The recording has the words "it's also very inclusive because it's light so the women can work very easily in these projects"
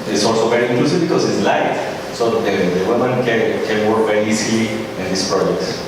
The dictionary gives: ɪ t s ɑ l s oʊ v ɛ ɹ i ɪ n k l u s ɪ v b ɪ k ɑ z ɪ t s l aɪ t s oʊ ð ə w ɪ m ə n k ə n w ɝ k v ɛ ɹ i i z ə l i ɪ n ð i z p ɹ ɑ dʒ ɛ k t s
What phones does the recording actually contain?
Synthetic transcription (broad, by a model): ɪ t s ɑ l s oʊ v ɛ ɹ i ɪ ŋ k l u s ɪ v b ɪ k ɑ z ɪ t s l aɪ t s oʊ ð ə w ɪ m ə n k ə n w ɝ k v ɛ ɹ i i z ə l i ɪ n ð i s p ɹ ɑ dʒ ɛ k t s